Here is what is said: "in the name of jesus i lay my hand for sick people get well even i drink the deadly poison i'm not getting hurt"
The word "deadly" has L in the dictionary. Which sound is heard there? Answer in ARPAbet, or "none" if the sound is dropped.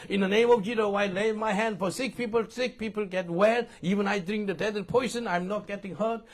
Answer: none